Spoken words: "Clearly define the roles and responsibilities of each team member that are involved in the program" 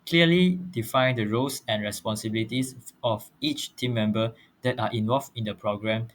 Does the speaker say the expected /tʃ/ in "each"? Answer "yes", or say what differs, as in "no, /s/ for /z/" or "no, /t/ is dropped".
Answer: yes